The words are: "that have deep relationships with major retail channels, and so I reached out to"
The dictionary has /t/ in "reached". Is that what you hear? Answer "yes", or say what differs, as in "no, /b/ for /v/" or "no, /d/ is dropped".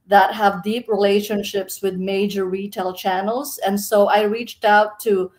yes